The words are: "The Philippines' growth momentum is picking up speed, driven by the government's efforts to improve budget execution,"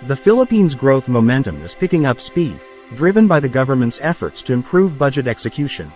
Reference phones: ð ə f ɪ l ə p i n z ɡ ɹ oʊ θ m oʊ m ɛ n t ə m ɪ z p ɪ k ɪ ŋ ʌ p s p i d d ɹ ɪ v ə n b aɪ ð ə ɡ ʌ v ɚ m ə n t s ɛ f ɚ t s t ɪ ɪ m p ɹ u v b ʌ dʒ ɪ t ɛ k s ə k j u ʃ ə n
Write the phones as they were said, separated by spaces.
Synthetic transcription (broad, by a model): ð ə f ɪ l ə p i n z ɡ ɹ oʊ θ m oʊ m ɛ n t ə m ɪ z p ɪ k ɪ ŋ ʌ p s p i d d ɹ ɪ v ə n b aɪ ð ə ɡ ʌ v ɚ m ə n t s ɛ f ɚ t s t ɪ ɪ m p ɹ u v b ʌ dʒ ɪ t ɛ k s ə k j u ʃ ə n